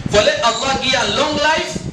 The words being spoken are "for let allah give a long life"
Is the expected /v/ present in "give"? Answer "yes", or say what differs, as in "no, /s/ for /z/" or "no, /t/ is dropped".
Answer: no, /v/ is dropped